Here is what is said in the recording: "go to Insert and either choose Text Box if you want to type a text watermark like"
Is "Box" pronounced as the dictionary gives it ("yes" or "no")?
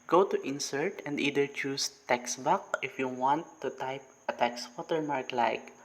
no